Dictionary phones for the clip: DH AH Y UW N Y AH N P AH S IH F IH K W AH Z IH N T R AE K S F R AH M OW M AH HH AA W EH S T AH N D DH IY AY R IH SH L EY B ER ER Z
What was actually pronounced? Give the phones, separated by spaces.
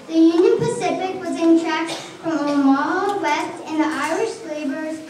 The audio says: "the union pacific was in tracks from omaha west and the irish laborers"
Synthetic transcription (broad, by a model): DH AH Y UW N Y AH N P AH S IH F IH K W AH Z IH N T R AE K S F R AH M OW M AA W EH S T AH N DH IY AY R IH SH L EY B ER ER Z